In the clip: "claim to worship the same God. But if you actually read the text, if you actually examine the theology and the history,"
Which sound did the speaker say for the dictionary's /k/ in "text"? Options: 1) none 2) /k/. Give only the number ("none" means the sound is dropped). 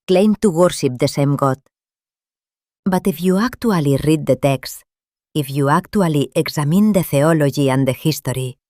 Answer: 2